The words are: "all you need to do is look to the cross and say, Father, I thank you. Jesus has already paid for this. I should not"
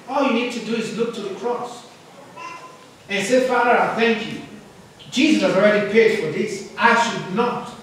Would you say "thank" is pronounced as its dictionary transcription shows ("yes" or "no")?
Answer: yes